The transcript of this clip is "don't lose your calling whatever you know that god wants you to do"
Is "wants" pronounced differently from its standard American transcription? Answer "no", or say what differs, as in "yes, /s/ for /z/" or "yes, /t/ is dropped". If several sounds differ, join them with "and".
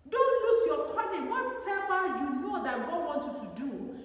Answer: yes, /s/ is dropped